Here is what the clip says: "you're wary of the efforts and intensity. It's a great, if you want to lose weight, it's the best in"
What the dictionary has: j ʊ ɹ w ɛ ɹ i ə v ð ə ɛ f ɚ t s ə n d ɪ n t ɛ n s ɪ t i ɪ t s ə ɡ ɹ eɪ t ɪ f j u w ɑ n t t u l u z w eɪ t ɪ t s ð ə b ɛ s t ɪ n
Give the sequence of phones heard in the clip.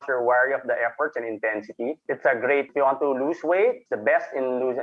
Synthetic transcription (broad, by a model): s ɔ ɹ w ɛ ɹ i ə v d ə ɛ f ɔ t s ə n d ɪ n t ɛ n s ɪ t i ɪ t s ə ɡ ɹ eɪ t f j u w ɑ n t t u l u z w eɪ ɪ t s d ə b ɛ s t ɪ n